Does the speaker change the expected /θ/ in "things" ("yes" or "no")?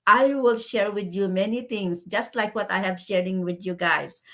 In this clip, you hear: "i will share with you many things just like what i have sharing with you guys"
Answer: yes